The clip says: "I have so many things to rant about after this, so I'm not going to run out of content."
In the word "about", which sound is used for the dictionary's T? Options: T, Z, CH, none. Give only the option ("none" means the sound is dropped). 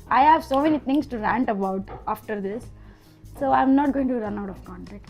T